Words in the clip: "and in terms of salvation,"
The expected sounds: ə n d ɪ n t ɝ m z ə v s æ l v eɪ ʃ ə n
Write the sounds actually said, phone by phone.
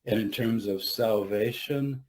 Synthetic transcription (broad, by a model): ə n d ɪ n t ɝ m z ə v s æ l v eɪ ʃ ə n